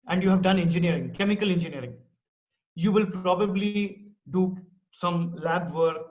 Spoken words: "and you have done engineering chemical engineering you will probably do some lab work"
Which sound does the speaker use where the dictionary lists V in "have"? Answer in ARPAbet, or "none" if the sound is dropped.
V